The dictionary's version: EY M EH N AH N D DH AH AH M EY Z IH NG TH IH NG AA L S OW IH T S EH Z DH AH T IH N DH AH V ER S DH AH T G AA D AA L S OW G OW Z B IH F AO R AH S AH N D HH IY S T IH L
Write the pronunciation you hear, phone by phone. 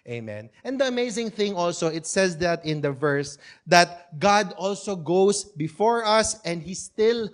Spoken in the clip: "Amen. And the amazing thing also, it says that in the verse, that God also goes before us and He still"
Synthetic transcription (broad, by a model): EY M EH N AH N D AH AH M EY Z IH NG TH IH NG AA L S OW IH T S EH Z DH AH T IH N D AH V ER S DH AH T G AA D AA L S OW G OW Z B IH F AO R AH S AH N D HH IY S T IH L